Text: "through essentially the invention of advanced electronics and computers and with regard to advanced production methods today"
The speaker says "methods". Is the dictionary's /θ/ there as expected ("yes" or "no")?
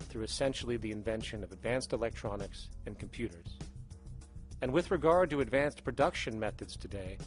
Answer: yes